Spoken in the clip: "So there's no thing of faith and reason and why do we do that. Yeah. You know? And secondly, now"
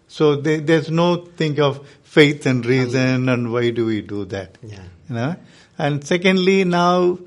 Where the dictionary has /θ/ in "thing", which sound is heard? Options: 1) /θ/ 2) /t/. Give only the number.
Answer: 2